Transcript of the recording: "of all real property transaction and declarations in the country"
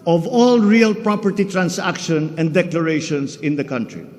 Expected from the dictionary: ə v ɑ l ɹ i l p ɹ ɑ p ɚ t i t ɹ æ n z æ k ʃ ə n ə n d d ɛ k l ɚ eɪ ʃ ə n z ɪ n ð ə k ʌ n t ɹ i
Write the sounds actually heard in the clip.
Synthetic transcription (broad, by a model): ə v ɑ l ɹ i l p ɹ ɑ p ɚ t i t ɹ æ n s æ k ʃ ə n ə n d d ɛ k l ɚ eɪ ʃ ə n s ɪ n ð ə k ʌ n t ɹ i